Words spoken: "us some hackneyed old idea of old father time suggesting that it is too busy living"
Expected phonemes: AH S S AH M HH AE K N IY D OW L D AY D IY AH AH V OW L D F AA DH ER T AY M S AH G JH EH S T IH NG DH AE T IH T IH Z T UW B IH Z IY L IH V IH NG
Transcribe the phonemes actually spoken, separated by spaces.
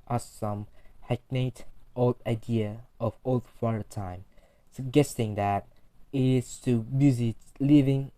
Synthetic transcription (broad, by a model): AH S S AH M HH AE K N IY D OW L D AY D IY AH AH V OW L D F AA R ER T AY M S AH G EH S T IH NG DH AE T IH T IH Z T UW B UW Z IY L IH V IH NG